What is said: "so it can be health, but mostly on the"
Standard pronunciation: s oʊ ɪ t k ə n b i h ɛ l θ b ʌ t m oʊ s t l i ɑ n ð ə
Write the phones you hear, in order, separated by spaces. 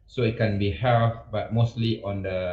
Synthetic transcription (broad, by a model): s oʊ ɪ t k ə n b i h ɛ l f b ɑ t m oʊ s t l i ɑ n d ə